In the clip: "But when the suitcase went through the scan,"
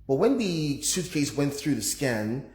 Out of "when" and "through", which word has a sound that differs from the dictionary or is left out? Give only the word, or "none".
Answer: none